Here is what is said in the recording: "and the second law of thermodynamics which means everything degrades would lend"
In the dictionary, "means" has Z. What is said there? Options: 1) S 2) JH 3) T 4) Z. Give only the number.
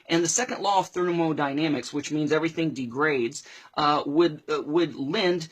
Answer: 4